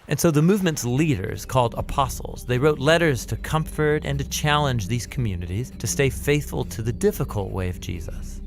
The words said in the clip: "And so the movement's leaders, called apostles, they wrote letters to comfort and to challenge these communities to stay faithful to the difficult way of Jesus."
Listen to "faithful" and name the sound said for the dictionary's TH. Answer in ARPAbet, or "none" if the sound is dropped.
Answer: TH